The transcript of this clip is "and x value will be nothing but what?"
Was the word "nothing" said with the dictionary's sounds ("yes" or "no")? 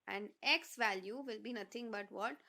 no